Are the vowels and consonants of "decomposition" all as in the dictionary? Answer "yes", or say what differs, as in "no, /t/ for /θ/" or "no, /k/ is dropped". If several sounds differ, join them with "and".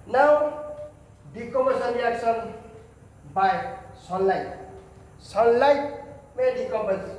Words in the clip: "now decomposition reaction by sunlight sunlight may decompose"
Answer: no, /p/ is dropped